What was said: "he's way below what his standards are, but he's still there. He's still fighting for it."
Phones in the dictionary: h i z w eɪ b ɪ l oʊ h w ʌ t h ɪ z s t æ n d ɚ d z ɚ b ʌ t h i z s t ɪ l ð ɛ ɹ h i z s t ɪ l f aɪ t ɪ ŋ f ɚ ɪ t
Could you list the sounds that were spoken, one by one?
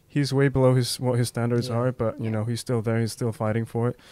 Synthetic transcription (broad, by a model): h i z w eɪ b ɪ l oʊ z w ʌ t h ɪ z s t æ n d ɚ d z ɚ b ʌ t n i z s t ɪ l ð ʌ ɹ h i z s t ɪ l f aɪ t ɪ ŋ f ɚ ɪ t